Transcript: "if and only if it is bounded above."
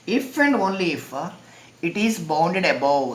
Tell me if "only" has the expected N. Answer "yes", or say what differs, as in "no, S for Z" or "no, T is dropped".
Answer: yes